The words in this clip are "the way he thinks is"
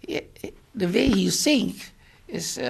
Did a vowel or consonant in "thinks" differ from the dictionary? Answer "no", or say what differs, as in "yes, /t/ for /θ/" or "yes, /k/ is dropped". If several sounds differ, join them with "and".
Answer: yes, /s/ is dropped